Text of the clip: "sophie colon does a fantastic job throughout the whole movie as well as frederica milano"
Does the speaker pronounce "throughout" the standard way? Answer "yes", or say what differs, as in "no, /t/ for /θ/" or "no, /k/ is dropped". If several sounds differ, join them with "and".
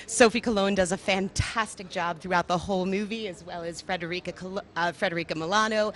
yes